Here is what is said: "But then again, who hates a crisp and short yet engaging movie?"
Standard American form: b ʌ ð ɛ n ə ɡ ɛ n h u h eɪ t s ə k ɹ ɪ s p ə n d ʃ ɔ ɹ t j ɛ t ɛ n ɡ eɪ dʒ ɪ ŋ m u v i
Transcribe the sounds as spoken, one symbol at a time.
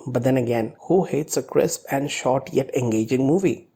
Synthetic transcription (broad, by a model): b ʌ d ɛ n ə ɡ ɛ n h u h eɪ t s ə k ɹ ɪ s p ə n d ʃ ɔ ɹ t j ɛ t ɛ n ɡ eɪ dʒ ɪ ŋ m u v i